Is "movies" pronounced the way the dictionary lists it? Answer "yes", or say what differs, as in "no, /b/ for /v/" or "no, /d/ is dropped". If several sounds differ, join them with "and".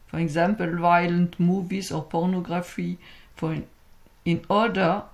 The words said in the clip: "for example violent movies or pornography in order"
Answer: no, /s/ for /z/